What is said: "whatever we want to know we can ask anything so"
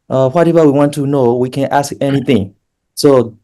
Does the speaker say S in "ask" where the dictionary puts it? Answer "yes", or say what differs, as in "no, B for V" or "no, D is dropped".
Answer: yes